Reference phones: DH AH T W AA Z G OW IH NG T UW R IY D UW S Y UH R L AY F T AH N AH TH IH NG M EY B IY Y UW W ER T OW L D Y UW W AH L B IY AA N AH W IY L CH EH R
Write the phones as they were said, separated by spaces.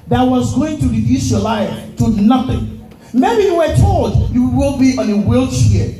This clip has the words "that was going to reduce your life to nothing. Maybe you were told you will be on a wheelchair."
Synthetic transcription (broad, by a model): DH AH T W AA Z G OW IH NG T UW R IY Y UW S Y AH L AY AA T AH N AH TH IH NG M EY B IY Y UW W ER T OW L D Y UW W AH W B IY AA N AH W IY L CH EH